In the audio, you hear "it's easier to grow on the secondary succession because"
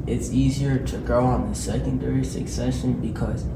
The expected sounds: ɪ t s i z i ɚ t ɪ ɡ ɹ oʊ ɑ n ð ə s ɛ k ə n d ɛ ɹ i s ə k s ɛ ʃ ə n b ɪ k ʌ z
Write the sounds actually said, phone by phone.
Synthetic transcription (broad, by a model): ɪ t s i z i ɚ t ɪ ɡ ɹ oʊ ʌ n ð ə s ɛ k ə n d ɛ ɹ i s ə k s ɛ ʃ ə n b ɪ k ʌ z